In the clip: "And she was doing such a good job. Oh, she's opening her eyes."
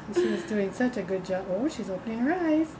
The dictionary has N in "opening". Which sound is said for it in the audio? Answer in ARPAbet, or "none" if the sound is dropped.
N